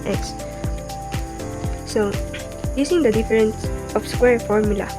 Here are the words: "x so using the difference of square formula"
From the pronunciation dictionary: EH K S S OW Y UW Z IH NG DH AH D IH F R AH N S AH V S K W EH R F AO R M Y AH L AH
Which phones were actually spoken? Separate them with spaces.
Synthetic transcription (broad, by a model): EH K S S OW Y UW S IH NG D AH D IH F R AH N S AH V S K W EH R F AO R M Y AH L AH